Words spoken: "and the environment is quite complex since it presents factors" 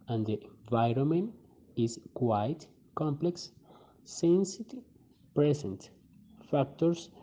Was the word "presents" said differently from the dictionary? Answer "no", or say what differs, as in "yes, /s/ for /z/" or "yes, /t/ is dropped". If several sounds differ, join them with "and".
yes, /s/ is dropped